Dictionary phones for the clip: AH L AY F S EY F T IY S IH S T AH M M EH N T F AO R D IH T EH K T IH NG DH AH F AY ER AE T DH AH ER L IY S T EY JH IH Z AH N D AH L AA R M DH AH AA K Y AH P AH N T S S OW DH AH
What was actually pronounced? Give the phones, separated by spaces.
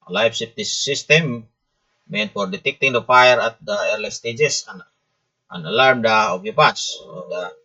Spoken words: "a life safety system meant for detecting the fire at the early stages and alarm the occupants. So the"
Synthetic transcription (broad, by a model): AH L AY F S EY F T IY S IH S T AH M M EH N T F AO R D IH T EH K T IH NG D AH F AY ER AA T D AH ER L IY S T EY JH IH S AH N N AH L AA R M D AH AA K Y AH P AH T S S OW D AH